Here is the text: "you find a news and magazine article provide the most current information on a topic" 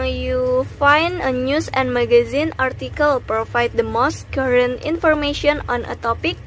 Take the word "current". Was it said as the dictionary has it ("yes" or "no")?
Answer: yes